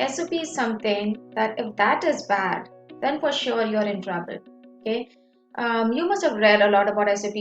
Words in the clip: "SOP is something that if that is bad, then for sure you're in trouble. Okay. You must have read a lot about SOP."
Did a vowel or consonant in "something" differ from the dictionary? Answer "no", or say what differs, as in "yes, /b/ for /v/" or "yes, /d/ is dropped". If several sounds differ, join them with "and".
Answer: yes, /t/ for /θ/